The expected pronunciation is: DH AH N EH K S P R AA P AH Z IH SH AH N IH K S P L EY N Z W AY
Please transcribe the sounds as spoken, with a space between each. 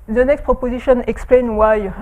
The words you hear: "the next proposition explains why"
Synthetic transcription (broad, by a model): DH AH N EH K S P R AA P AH Z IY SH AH N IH K S P L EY N W AY